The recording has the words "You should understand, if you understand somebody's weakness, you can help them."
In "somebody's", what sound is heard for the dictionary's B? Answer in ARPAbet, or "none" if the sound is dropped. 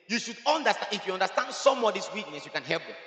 none